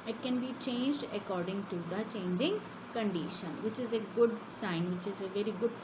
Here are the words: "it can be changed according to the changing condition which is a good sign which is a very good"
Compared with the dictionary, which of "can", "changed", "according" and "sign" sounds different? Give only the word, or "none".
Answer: none